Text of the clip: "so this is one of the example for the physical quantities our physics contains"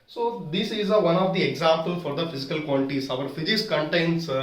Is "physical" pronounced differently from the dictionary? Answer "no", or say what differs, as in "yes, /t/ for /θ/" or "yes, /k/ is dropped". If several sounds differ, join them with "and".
no